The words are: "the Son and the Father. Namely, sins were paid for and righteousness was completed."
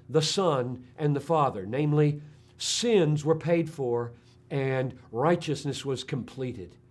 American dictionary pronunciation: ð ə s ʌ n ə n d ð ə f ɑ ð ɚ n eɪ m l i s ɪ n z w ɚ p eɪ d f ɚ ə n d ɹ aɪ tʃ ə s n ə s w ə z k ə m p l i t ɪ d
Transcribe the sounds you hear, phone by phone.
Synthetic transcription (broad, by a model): ð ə s ʌ n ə n ð ə f ɑ ð ɚ n eɪ m l i s ɪ n z w ɚ p eɪ d f ɚ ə n ɹ aɪ tʃ ə s n ə s w ə z k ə m p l i t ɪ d